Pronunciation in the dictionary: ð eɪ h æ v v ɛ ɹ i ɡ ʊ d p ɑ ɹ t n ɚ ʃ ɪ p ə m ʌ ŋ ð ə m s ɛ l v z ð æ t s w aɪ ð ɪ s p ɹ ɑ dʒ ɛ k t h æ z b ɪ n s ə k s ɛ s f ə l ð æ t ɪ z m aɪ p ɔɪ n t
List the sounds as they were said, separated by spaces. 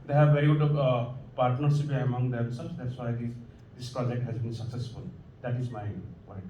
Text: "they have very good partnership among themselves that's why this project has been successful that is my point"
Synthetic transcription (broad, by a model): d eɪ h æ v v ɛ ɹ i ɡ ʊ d p ɑ ɹ t n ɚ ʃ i p ə m ʌ ŋ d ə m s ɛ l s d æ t s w aɪ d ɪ s p ɹ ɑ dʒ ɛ k t h æ z b ɪ n s ə k s ɛ s f ə l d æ t ɪ z m aɪ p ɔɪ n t